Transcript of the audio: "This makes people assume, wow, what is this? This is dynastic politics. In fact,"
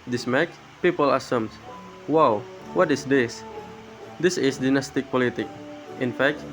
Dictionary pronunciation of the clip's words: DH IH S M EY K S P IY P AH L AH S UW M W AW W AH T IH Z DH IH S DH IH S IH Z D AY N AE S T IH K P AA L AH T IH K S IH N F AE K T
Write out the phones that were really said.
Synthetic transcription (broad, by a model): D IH S M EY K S P IY P AH L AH S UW M W AW W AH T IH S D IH S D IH S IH S D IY N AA S T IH K P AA L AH T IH K IH N F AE K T